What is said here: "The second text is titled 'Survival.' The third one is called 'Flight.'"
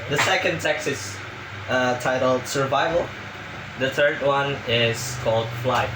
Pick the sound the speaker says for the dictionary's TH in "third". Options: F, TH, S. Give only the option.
TH